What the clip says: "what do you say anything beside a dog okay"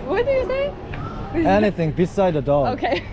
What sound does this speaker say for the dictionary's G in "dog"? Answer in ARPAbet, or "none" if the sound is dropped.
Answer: none